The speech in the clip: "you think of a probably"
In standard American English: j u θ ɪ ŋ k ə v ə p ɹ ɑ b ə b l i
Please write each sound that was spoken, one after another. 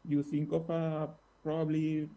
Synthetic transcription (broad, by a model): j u s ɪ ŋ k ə f ə p ɹ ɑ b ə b l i